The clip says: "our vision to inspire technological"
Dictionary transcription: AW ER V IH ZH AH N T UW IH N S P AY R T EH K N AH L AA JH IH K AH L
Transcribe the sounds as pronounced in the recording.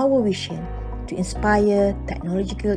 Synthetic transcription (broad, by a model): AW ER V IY SH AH N T UW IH N S P AY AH T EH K N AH L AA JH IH K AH L